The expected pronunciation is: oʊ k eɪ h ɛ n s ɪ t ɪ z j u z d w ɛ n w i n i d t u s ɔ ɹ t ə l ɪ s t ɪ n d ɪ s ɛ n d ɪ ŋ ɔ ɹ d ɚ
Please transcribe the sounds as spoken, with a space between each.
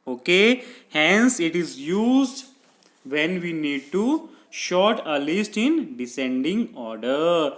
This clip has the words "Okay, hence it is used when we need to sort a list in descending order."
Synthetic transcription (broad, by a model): oʊ k eɪ h ɛ n s ɪ t ɪ z j u z d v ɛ n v i n i d t u ʃ ɔ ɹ t ə l ɪ s t ɪ n d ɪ s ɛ n d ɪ ŋ ɔ ɹ d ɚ